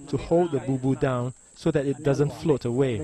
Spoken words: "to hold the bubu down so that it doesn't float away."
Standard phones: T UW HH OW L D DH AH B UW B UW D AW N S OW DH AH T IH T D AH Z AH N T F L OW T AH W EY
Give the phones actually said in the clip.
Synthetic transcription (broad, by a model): T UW HH OW L D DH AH B UW B UW D AW N S OW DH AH T IH T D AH Z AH N T F L OW T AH W EY